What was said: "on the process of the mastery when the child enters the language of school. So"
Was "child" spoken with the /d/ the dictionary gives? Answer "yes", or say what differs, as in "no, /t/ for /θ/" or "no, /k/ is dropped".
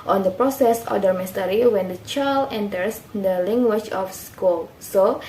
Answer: no, /d/ is dropped